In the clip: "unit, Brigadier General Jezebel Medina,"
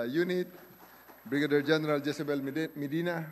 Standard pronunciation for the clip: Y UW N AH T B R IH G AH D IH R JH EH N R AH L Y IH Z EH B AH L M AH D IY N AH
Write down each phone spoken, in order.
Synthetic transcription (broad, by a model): Y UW N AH T B R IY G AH D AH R JH EH N R AH L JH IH S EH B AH L M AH D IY N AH